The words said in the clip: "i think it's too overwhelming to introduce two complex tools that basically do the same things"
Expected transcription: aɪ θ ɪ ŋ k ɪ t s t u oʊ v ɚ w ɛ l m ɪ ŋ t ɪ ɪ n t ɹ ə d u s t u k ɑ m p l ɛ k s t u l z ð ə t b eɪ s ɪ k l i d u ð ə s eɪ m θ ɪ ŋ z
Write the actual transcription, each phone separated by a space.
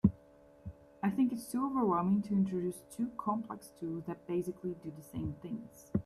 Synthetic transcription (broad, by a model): aɪ θ ɪ ŋ k ɪ t s t u oʊ v ɚ w ɛ l m ɪ ŋ t ɪ ɪ n t ɹ ə d u s t u k ɑ m p l ɛ k s t u l z ð ə t b eɪ s ɪ k l i d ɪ ð ə s eɪ m θ ɪ ŋ z